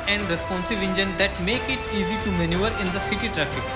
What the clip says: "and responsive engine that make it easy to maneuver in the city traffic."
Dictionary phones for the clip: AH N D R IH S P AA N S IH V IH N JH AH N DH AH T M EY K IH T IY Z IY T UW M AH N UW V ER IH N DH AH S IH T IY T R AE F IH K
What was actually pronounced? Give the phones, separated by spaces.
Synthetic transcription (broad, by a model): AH N D R IH S P AA N S IH V IH N JH AH N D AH T M EY K IH T IY Z IY T UW M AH N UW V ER IH N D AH S IH T IY T R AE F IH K